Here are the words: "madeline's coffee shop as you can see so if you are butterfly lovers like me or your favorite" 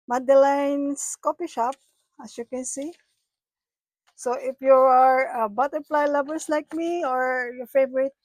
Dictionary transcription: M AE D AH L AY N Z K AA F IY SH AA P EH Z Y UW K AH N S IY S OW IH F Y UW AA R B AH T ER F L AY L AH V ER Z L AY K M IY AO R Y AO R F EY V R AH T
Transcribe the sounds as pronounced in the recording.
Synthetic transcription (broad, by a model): M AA D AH L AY N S K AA P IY SH AA P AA S Y UW K AH N S IY S OW IH F Y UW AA R B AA T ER P L AY L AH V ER S L AY K M IY AO R Y AO R F EY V R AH T